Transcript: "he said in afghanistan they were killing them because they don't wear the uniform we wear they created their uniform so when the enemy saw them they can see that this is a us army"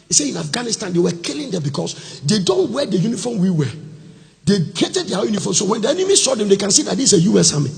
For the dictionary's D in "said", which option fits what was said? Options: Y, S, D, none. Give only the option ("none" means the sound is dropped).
none